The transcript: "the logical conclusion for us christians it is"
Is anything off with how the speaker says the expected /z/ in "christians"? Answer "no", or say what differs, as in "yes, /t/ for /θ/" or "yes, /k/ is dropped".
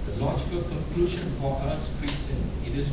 yes, /z/ is dropped